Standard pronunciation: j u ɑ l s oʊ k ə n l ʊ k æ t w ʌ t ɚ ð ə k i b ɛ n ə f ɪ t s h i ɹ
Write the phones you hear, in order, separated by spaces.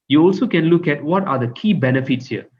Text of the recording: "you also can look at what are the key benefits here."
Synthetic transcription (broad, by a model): j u ɑ l s oʊ k ə n l ʊ k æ t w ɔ t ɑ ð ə k i b ɛ n ə f ɪ t s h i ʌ